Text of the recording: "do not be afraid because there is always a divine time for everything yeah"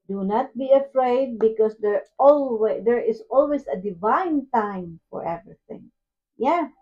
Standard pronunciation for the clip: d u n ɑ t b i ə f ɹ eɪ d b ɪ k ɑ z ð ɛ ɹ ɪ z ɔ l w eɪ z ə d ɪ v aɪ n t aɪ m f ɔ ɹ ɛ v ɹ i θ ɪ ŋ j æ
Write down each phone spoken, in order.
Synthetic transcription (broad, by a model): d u n ɑ t b i ə f ɹ eɪ d b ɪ k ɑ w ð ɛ ɹ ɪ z ɔ l w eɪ s ə d ɪ v aɪ n t aɪ m f ɔ ɹ ɛ v ɹ i θ ɪ ŋ j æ